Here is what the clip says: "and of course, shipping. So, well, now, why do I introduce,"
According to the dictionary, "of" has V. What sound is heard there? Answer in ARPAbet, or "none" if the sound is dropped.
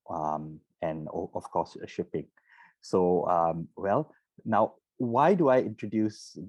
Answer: F